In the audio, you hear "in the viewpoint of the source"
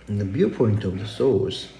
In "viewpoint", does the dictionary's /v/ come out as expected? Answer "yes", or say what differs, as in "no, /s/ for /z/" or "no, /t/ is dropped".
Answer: no, /b/ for /v/